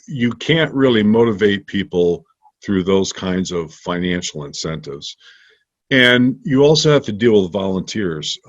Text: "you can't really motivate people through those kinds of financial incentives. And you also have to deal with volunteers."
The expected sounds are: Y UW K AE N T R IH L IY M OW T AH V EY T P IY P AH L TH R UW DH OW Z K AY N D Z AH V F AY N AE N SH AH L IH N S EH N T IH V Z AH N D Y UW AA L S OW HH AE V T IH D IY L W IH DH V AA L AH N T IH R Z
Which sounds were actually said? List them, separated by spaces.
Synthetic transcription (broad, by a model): Y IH K AE N T R IH L IY M OW T AH V EY T P IY P L TH R UW DH OW Z K AY N D Z AH V F AY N AE N SH L IH N S EH N T IH V Z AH N Y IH AA L S OW HH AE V T IH D IY L W IH DH V AA L AH N T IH R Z